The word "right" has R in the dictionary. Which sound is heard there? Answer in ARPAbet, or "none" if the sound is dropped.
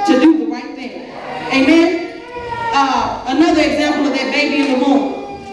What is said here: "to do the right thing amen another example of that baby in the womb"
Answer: R